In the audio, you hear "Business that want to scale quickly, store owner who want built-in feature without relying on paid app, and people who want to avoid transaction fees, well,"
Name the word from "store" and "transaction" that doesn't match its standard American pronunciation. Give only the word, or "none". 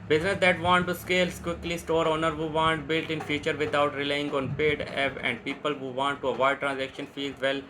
none